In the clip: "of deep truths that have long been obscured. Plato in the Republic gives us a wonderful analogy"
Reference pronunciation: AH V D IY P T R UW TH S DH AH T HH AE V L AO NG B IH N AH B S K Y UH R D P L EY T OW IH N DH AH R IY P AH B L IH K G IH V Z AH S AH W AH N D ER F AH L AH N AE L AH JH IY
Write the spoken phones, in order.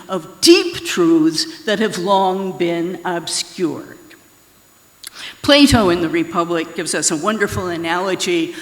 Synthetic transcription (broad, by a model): AH V D IY P T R UW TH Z DH AH T HH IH V L AO NG B IH N AH B S K Y UH R D P L EY T OW IH N DH AH R IY P AH B L IH K G IH V Z AH S AH W AH N D ER F L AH N AE L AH JH IY